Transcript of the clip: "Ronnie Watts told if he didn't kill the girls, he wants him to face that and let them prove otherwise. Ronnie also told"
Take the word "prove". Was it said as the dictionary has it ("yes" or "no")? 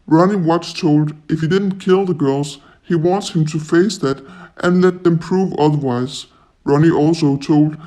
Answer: yes